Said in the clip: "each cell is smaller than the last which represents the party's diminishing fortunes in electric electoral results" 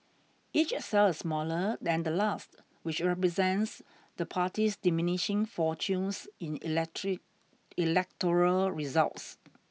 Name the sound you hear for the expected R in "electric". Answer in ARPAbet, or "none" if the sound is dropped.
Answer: none